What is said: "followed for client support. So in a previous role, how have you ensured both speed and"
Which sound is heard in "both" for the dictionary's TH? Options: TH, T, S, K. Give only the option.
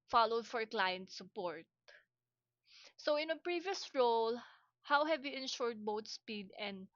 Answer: T